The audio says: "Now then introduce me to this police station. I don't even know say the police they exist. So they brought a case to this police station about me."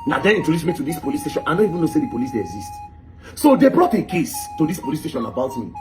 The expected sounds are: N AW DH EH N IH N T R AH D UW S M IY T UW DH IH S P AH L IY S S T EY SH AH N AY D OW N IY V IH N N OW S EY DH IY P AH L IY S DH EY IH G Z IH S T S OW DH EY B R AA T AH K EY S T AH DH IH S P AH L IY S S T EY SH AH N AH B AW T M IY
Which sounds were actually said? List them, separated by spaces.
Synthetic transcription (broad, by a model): N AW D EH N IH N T AH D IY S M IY T UW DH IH S P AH L IY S S T EY SH AH N AY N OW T IY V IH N N OW S EY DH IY P AH L IY S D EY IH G Z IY S T S OW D EY B R AA T AH K EY S T AH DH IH S P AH L IY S S T EY SH AH N AH B AW T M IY